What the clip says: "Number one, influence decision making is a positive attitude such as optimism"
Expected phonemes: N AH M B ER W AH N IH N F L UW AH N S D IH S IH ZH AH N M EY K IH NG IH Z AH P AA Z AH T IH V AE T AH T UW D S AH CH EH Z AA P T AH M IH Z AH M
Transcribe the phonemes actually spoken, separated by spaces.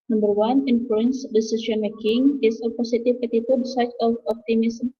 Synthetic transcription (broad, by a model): N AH M B ER W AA N IH N F L UW AH N S D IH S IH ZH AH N M EY K IH NG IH S AH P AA S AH T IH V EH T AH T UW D S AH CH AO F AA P T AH M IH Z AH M